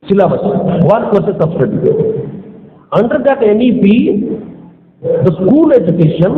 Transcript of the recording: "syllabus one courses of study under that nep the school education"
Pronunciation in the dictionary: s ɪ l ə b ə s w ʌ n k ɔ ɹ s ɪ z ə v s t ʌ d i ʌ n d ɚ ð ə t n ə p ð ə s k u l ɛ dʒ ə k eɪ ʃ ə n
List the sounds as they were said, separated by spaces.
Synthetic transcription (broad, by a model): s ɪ l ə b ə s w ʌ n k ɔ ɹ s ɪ s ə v s t ʌ d i ʌ n d ɚ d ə t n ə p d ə s k u l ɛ dʒ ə k eɪ ʃ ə n